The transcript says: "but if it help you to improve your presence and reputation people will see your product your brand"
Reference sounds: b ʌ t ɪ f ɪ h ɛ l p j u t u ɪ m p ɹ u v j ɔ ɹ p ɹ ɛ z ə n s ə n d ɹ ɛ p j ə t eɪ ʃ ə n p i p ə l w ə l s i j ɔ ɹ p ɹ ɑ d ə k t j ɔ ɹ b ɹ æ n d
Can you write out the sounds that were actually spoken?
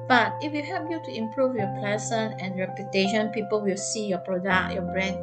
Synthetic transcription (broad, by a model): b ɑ t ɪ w ɪ h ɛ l p j u t u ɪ m p ɹ u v j ɔ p l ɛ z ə n ə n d ɹ ɛ p j ə t eɪ ʃ ə n p i p ə l w ə l s i j ɔ p ɹ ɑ d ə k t j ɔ b ɹ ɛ n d